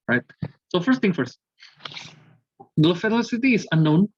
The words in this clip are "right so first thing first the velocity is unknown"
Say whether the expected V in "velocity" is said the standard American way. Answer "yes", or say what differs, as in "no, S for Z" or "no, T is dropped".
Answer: no, F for V